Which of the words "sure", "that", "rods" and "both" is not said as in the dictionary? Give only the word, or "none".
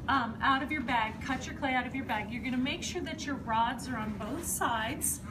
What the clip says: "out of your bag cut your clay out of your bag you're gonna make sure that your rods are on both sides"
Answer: none